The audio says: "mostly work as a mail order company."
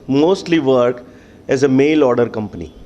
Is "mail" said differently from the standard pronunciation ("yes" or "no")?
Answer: no